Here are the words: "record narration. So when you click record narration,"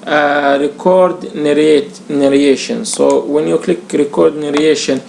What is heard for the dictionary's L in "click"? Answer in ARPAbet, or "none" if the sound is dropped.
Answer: L